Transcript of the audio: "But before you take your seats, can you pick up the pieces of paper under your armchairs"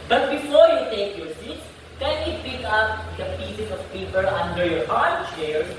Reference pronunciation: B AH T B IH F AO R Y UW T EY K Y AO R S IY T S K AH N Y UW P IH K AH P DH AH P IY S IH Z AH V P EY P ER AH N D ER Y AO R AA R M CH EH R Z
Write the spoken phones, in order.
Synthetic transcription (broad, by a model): B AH T B IH F AO R Y UW T EY K Y AO R S IY T S K AH N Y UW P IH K AH P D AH P IY S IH S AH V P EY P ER AH N D ER Y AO R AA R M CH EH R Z